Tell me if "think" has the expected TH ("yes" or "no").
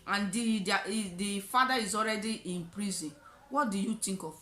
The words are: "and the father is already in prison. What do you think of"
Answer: no